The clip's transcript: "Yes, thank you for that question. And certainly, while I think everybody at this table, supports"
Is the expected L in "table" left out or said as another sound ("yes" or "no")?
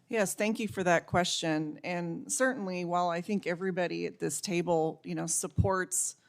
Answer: yes